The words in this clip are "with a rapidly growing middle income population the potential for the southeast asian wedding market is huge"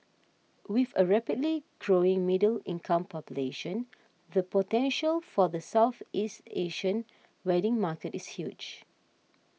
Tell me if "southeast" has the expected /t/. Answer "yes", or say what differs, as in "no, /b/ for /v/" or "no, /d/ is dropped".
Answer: yes